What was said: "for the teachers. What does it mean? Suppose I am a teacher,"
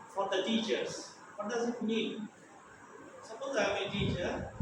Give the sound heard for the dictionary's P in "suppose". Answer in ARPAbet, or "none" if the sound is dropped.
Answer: B